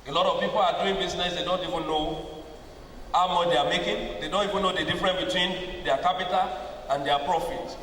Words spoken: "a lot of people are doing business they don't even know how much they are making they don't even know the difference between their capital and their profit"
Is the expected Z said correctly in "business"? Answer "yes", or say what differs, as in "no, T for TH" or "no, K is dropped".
no, S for Z